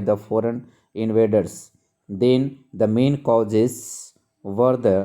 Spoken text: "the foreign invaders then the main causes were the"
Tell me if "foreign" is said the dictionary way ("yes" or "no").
yes